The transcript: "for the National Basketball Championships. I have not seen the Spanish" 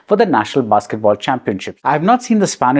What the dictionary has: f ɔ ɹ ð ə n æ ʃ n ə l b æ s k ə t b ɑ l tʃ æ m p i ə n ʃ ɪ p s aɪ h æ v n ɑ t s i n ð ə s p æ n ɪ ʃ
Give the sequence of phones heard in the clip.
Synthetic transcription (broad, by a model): f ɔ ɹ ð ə n æ ʃ n ə l b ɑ s k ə t b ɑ l tʃ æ m p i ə n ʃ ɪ p aɪ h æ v n ɑ t s i n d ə s p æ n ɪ